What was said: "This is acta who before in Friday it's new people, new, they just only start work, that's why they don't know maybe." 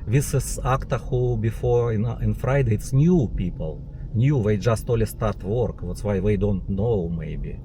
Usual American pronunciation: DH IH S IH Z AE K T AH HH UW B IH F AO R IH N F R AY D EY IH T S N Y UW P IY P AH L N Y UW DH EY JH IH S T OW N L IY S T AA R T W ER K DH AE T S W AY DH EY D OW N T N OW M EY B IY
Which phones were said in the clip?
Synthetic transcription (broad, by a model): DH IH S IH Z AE K T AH HH UW B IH F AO R IH N F R AY D EY IH T S N Y UW P IY P AH L N Y UW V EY JH IH S T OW L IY S T AA R T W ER K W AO T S W AY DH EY D OW N T N OW M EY B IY